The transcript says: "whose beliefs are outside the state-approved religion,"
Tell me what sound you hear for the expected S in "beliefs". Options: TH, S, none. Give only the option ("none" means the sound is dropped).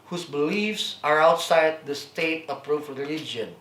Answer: S